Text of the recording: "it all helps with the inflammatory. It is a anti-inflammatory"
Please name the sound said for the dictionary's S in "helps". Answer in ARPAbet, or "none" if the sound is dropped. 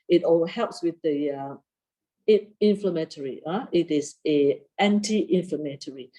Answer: S